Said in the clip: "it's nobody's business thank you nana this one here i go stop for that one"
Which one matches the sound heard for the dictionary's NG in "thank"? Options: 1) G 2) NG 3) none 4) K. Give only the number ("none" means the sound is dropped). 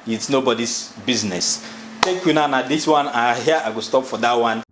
3